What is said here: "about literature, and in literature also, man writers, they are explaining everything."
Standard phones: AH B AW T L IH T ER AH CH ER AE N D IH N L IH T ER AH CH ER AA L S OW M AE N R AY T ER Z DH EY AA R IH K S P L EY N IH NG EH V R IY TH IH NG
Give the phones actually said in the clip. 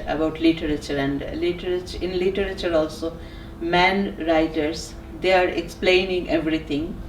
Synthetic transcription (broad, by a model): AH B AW T L IH T ER AH CH ER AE N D IH N L IH T ER AH CH ER AA L S OW M AE N R AY T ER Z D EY AA R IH K S P L EY N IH NG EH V R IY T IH NG